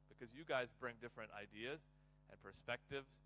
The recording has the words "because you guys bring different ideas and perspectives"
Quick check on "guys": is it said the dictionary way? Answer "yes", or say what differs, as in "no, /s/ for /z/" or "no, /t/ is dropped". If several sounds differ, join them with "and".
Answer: yes